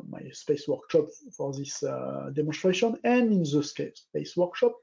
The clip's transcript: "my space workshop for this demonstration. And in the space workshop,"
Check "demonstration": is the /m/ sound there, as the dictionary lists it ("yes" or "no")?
yes